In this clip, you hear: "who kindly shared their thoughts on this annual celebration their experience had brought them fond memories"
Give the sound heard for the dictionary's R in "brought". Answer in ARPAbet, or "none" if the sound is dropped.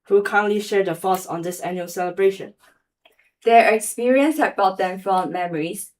none